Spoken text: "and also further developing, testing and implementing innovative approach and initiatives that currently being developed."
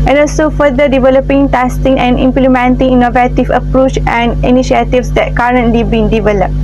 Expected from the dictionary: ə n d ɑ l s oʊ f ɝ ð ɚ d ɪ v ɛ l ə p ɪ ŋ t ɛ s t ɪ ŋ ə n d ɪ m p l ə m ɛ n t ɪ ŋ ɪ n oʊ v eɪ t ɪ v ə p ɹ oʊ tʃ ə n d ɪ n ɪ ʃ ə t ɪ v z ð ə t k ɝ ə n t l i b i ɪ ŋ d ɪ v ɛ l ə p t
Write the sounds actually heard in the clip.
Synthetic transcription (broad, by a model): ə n ɑ l s oʊ f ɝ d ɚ d ɪ v ɛ l ə p ɪ ŋ t ɛ s t ɪ ŋ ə n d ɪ m p l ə m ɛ n t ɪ ŋ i n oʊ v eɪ t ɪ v ə p ɹ oʊ tʃ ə n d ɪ n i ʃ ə t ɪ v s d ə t k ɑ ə n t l i b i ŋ d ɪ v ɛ l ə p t